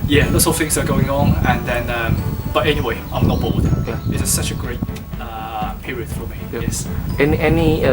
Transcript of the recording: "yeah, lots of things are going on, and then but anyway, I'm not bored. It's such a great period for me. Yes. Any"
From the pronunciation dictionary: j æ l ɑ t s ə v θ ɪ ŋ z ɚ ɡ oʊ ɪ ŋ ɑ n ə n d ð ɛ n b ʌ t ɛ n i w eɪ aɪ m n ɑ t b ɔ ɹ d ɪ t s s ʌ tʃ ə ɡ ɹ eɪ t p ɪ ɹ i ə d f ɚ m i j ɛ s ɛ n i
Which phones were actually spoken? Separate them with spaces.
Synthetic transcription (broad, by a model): j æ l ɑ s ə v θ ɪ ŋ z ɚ ɡ oʊ ɪ ŋ ɑ n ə n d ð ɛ n b ʌ t ɛ n i w eɪ aɪ m n ɑ t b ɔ l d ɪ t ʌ s ʌ tʃ ə ɡ ɹ eɪ t p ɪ ɹ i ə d f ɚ m i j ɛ s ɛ n i